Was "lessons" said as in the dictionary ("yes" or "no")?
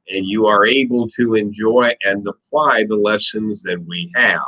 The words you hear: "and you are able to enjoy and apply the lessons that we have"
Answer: yes